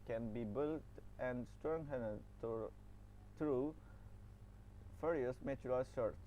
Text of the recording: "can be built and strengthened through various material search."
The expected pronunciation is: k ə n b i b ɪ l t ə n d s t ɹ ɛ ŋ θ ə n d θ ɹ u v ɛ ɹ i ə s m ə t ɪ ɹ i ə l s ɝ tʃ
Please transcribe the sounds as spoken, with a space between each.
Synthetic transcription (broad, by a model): k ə n b i b ɪ l t ə n d s t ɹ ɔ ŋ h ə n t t ɹ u f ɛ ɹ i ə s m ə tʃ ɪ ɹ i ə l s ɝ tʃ